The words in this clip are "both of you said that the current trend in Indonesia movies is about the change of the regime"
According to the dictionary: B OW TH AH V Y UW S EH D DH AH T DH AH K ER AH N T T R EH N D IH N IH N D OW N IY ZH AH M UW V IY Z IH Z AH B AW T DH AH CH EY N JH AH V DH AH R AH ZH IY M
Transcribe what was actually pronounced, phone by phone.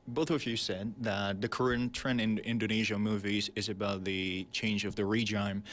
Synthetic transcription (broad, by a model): B OW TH AH V Y UW S EH D DH AH T DH AH K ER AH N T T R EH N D IH N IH N D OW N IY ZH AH M UW V IY Z IH Z AH B AW T DH AH CH EY N JH AH V DH AH R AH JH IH M